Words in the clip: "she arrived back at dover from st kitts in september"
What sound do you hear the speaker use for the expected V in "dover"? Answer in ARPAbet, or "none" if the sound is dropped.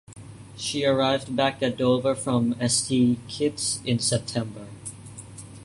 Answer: V